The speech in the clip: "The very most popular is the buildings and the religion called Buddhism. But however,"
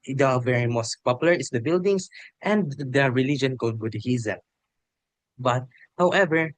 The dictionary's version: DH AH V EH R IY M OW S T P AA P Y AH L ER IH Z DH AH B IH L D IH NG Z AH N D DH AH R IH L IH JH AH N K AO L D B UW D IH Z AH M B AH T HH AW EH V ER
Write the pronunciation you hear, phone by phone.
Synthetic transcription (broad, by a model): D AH V EH R IY M OW S T P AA P Y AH L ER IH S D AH B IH L D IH NG S AH N D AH R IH L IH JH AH N K AO L D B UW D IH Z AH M B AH T HH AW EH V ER